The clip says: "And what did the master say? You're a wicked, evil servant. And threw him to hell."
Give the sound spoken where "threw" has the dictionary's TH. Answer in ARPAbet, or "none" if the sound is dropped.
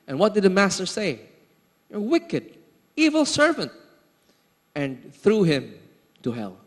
TH